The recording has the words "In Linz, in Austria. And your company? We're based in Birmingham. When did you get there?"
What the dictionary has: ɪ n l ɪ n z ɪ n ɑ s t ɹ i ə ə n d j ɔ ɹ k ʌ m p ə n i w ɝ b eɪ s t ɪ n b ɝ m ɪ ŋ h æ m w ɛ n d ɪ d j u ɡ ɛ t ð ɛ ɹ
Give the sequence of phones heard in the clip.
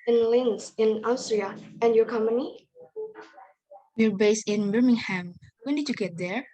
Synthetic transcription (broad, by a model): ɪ n l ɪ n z ɪ n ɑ s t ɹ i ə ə n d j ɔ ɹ k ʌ m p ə n i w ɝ b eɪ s ɪ n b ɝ m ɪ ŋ h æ m w ɛ n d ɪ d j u ɡ ɛ t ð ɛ ɹ